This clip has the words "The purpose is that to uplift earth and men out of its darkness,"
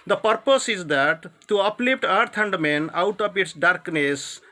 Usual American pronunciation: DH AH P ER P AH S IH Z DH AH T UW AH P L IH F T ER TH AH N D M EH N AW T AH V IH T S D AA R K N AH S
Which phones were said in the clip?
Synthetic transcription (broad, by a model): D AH P ER P AH S IH Z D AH T UW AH P L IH P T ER T AH N D M EH N AW T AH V IH T S D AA R K N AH S